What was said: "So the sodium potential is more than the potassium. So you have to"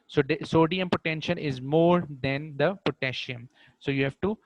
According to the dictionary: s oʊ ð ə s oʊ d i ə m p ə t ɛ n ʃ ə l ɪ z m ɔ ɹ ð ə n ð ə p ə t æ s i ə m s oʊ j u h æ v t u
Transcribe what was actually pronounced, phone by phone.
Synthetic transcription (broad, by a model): s oʊ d s oʊ d i ə m p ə t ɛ n ʃ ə n ɪ z m ɔ ɹ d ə n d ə p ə t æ ʃ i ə m s oʊ j u h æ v t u